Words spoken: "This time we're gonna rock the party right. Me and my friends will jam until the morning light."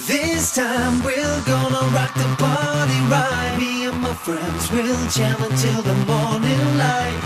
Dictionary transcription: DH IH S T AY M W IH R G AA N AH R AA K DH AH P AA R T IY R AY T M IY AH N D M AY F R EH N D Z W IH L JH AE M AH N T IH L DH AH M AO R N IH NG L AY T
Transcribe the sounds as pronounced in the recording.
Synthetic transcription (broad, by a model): DH IH S T AY M W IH L G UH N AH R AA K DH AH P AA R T IY R AY M IY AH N M AY F R EH N D Z W IH L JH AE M AH N T IH L DH AH M AO R N IH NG L AY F